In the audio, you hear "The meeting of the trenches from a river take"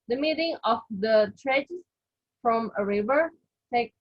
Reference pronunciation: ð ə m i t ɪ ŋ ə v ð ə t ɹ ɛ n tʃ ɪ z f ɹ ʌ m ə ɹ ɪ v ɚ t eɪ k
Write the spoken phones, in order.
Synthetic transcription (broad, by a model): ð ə m i t ɪ ŋ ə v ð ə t ɹ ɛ tʃ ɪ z f ɹ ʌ m ə ɹ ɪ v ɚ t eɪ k